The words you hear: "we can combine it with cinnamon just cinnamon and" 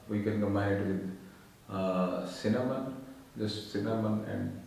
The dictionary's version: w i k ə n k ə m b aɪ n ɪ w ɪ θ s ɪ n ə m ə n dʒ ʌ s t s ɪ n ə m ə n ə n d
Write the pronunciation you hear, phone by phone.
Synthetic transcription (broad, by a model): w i k ə n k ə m aɪ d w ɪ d s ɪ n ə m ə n dʒ ʌ s t s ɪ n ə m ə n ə n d